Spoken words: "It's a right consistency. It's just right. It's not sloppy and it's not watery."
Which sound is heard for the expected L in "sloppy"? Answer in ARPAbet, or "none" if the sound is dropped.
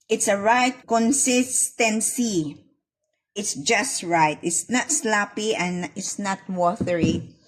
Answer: L